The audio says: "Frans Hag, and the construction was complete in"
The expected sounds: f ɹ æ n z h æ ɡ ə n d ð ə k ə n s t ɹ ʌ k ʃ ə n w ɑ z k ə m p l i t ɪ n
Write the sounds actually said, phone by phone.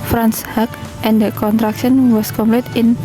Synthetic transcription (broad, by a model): f ɹ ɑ n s h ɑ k ə n d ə k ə n t ɹ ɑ k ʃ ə n w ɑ s k ə m p l i t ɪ n